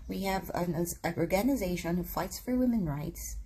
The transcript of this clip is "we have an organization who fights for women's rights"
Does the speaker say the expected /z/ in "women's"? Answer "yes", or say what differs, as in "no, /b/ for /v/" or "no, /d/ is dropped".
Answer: no, /z/ is dropped